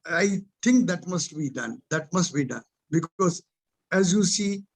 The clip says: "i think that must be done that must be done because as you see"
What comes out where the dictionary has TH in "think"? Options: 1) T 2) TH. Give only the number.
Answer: 1